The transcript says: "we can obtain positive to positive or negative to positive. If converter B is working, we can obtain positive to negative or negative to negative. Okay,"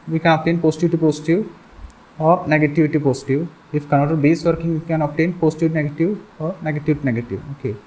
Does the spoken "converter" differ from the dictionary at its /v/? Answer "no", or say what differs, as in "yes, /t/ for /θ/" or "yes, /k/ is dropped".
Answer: yes, /v/ is dropped